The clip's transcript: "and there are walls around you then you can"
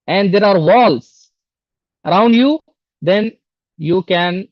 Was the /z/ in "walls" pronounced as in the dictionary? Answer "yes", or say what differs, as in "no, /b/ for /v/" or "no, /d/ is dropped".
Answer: no, /s/ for /z/